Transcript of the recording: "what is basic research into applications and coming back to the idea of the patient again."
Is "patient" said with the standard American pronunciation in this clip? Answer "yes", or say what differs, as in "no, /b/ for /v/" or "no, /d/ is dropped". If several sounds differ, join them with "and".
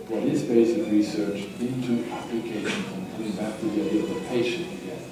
no, /ʃ/ is dropped